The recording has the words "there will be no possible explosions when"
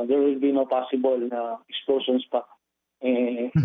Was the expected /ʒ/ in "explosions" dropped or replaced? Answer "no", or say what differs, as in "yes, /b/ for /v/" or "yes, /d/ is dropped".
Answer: yes, /ʃ/ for /ʒ/